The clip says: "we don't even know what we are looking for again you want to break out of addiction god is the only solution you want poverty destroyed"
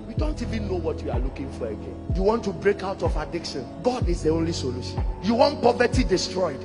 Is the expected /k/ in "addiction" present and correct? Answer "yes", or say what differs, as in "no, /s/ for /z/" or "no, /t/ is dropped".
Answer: yes